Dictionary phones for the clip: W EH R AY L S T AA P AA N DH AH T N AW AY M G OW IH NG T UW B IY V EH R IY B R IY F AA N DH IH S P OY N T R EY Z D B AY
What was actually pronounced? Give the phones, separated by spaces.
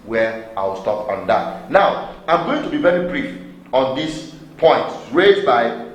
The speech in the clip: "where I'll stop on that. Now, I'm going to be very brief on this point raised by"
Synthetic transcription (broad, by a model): W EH AY W S T AA P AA N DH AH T N AW AY M G OW IH NG T UW B IY V EH R IY B R IY F AA N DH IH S P OY N T R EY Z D B AY